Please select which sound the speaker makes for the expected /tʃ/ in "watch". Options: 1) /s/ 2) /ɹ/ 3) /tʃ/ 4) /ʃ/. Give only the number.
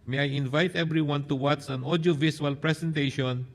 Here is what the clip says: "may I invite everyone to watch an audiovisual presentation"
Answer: 1